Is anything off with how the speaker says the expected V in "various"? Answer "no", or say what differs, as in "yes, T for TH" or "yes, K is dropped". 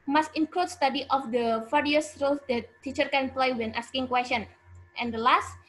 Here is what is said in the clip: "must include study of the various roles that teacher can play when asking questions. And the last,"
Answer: yes, F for V